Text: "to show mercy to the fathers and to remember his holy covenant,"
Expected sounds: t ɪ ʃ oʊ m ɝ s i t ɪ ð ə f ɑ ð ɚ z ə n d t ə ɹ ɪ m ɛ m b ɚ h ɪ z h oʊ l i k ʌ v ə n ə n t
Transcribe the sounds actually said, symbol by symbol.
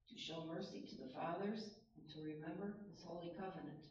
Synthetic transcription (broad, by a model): t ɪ ʃ oʊ m ɝ s i t ɪ ð ə f ɑ ð ɚ z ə n t ə ɹ ɪ m ɛ m b ɚ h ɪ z h oʊ l i k ʌ v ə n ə n t